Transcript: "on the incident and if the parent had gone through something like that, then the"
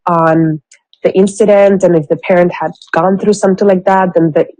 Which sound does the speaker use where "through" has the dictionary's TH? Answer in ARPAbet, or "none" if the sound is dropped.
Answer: TH